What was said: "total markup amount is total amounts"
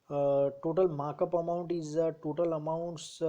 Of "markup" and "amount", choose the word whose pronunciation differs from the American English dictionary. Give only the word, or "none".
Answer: none